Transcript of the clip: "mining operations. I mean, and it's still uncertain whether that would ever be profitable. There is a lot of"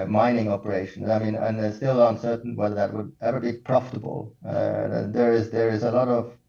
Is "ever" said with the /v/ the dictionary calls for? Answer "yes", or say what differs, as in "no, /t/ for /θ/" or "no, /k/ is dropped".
no, /w/ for /v/